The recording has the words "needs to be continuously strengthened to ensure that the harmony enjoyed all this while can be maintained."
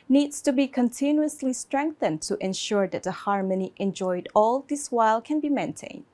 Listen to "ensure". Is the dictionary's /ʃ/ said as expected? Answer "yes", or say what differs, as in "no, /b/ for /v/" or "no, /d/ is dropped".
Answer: yes